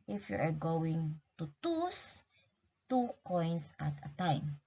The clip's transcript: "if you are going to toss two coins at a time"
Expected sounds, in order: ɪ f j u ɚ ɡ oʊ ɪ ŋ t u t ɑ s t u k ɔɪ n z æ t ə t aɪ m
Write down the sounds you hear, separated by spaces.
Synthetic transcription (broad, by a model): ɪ f j u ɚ ɡ oʊ ɪ ŋ t u t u s t u k ɔɪ n s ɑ t ə t aɪ m